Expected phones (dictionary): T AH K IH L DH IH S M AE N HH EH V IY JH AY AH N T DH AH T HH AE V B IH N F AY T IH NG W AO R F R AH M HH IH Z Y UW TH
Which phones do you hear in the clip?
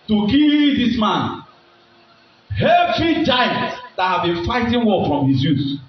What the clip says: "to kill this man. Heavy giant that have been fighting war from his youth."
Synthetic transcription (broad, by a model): T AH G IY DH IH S M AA N HH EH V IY JH AY AH N T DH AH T HH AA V B IH N F AY T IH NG W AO L F R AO M HH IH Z Y UW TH